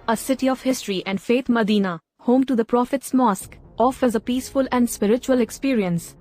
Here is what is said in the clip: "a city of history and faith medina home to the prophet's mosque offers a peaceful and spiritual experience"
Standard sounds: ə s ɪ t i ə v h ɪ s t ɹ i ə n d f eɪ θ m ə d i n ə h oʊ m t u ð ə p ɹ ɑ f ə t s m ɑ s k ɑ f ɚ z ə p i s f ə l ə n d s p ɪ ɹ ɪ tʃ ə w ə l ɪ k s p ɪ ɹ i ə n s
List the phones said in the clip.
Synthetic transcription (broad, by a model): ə s ɪ t i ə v h ɪ s t ɹ i ə n d f eɪ t m ə d i n ə h oʊ m t u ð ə p ɹ ɑ f ə t s m ɑ s k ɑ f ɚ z ə p i s f ə l ə n d s p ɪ ɹ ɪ tʃ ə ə l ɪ k s p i ɹ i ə n s